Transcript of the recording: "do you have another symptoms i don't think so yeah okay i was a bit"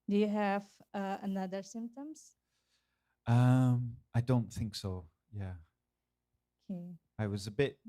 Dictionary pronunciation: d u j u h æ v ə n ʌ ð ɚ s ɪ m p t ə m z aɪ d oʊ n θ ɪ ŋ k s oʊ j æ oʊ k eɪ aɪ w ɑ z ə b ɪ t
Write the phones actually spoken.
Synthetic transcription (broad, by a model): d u j u h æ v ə n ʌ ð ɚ s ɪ m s t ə m aɪ d oʊ n θ ɪ ŋ k s oʊ j æ oʊ k eɪ aɪ w ɑ z ə b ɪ t